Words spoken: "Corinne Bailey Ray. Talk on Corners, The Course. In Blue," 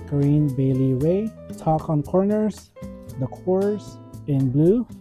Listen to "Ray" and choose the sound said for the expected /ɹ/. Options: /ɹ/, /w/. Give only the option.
/w/